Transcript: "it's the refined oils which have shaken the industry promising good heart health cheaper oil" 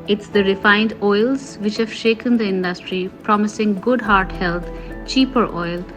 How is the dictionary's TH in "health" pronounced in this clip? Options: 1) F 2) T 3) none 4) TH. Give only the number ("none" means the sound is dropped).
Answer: 2